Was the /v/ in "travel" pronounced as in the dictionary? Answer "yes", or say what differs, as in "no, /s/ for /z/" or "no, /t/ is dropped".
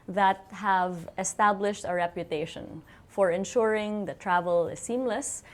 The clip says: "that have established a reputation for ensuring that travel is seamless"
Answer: yes